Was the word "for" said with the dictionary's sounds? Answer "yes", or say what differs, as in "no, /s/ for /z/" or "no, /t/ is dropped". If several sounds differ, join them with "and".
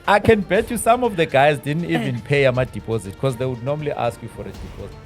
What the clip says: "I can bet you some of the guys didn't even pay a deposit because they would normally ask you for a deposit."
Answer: yes